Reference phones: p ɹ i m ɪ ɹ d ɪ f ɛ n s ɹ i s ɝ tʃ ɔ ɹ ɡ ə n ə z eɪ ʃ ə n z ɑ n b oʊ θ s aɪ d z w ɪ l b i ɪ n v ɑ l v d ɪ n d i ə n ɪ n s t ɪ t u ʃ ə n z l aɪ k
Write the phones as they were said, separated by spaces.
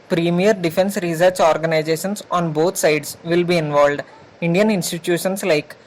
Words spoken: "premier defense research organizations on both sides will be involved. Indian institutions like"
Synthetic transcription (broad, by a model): p ɹ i m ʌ ɹ d ɪ f ɛ n s ɹ i s ɝ tʃ ɔ ɹ ɡ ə n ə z eɪ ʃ ə n s ɑ n b oʊ t s aɪ d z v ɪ l b i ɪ n v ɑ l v d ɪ n d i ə n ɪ n s t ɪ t u ʃ ə n s l aɪ k